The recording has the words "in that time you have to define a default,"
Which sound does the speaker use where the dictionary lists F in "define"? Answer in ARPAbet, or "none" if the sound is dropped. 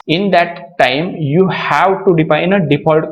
P